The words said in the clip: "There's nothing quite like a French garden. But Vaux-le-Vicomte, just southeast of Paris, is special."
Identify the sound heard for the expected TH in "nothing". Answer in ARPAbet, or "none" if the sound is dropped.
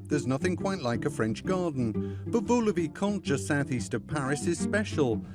TH